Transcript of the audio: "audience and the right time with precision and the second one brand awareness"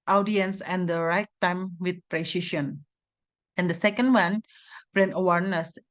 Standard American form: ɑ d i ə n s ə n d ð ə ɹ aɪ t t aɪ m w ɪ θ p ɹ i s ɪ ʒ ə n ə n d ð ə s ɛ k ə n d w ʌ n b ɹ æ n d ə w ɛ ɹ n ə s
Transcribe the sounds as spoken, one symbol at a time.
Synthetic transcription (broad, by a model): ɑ d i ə n s ə n d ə ɹ aɪ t t aɪ m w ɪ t p ɹ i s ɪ ʃ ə n ə n d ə s ɛ k ə n d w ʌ n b ɹ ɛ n ə w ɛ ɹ n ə s